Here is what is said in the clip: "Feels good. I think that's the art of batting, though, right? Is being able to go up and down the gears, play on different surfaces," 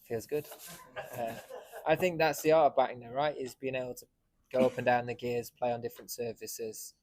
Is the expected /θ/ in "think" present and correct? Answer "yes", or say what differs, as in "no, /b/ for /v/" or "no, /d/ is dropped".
yes